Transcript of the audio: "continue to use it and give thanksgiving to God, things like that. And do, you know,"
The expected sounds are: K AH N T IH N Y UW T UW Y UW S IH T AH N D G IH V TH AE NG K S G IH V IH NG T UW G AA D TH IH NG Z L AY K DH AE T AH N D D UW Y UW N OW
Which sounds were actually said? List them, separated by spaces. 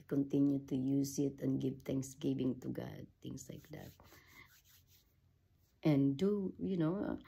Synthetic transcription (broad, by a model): K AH N T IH N Y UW T UW Y UW S IH T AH N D G IH V T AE NG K S G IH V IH NG T UW G AA D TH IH NG S L AY K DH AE T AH N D D UW Y UW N OW